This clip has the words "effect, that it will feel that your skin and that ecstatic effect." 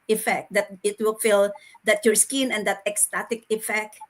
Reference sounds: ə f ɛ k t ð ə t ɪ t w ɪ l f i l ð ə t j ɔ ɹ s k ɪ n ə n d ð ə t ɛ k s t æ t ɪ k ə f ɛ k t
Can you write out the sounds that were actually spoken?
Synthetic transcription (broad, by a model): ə f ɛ k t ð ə t ɪ t w ɪ l f i l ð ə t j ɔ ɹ s k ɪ n ə n d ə t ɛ k s t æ t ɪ k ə f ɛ k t